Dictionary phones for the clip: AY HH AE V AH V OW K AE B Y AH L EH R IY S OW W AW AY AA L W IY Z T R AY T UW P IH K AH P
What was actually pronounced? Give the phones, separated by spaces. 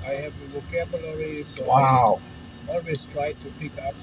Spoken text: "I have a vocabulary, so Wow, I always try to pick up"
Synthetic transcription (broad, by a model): AY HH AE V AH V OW K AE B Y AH L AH R IY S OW W AW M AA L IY S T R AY T UW P IH K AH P